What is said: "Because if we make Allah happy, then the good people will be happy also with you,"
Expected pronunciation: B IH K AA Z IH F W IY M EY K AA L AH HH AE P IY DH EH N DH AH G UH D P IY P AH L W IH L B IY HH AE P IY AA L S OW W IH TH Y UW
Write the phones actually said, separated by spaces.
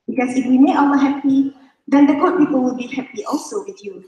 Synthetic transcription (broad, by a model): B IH K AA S IH F W IY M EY AA W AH HH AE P IY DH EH N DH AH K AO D P IY P AH L W IH L B IY HH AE P IY AA L S OW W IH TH Y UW